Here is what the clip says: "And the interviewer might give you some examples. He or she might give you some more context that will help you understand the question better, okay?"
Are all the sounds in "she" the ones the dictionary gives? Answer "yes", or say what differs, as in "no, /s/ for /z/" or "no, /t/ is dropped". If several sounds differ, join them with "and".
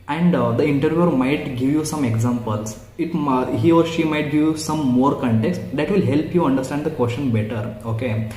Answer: yes